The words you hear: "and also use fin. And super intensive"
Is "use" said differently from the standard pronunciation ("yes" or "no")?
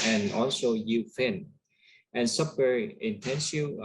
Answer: yes